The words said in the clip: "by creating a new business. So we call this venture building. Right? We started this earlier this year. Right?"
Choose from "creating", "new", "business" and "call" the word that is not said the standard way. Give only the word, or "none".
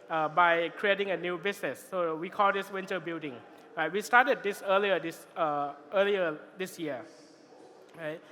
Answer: business